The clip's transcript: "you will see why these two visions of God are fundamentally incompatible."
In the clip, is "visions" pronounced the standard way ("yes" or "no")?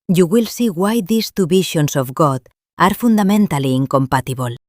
no